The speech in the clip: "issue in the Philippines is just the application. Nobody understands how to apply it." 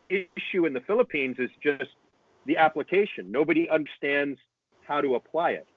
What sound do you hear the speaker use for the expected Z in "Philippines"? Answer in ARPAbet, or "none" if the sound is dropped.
Z